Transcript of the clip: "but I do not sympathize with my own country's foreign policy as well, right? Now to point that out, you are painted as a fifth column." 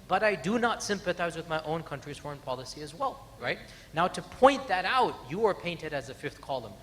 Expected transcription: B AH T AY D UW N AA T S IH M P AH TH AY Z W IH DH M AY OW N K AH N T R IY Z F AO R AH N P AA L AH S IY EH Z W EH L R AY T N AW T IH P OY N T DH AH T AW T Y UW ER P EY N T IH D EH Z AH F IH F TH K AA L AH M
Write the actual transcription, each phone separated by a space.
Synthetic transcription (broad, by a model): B AH T AY D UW N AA T S IH M P AH TH AY Z W IH DH M AY OW N K AH N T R IY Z F AO R AH N P AA L AH S IY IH Z W EH L R AY T N AW T IH P OY N DH AH T AW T Y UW ER P EY N T IH D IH Z AH F IH F TH K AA L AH M